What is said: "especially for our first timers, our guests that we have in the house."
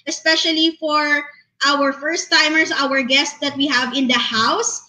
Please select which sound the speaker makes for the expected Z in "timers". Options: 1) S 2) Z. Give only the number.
1